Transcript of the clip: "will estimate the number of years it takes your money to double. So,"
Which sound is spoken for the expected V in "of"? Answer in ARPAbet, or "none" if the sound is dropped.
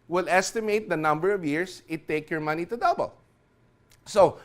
V